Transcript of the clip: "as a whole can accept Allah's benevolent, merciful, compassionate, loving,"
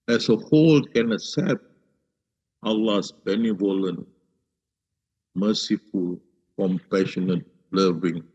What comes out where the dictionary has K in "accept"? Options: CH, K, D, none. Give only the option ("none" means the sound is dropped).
none